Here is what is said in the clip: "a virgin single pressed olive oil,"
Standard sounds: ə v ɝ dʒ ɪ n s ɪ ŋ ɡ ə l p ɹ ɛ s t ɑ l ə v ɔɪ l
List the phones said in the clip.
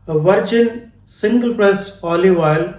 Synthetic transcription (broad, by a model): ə v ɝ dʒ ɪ n s ɪ ŋ ɡ ə l p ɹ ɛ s ɑ l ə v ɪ l